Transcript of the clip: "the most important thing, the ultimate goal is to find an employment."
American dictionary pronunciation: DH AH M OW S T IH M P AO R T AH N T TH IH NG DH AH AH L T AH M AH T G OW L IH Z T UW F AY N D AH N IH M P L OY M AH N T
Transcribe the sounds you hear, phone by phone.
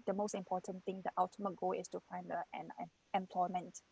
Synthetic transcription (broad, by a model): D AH M OW S T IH M P AO T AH N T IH NG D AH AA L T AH M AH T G OW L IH S T UW F AY N D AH N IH M P L OY M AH N T